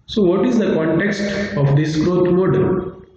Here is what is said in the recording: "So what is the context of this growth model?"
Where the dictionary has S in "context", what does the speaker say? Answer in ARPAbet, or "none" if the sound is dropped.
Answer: S